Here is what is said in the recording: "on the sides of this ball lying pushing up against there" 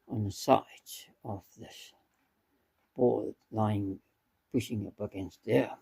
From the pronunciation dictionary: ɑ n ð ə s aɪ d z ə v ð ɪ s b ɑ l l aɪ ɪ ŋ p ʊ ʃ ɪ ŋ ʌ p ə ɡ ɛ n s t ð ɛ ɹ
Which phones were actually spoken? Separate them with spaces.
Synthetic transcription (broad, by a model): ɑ n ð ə s aɪ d ə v ð ɪ s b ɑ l l aɪ ɪ ŋ p ʊ ʃ ɪ ŋ ʌ p ə ɡ ɛ n s t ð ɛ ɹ